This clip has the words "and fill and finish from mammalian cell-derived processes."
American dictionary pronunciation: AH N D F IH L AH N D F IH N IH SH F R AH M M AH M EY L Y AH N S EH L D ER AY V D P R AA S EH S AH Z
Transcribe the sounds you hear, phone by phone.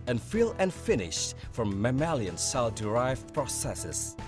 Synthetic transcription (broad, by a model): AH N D F IH L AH N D F IH N IH SH F R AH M M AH M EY L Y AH N S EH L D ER AY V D P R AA S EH S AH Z